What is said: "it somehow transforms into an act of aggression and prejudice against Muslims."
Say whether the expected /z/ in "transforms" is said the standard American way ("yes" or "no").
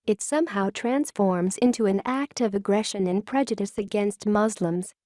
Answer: yes